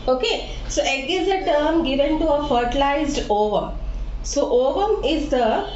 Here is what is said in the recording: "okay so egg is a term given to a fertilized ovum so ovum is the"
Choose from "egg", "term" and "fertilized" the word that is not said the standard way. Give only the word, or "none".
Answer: none